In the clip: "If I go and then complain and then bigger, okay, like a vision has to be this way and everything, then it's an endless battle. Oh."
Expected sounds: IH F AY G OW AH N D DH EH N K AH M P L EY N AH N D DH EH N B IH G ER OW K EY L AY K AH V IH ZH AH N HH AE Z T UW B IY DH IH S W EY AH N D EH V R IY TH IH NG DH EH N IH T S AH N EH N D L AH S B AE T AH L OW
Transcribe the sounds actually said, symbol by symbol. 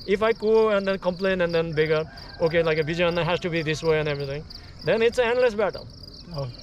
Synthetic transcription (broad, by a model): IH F AY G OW AH N D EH N K AH M P L EY N AH N D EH N B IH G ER OW K EY L AY K AH B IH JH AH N HH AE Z T UW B IY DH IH S W EY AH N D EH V R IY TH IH NG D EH N IH T S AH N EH N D L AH S B AE T AH L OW